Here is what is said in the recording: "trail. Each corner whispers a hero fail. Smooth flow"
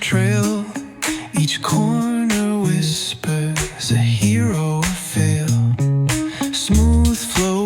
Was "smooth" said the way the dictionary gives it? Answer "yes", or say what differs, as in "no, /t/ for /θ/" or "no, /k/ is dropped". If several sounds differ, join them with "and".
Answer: yes